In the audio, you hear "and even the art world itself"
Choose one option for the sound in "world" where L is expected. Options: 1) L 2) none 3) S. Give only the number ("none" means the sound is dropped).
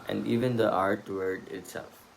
2